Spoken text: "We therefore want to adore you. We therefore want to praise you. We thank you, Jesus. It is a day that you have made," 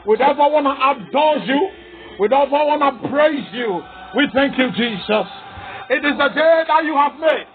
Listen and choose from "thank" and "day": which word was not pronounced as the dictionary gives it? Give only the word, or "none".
none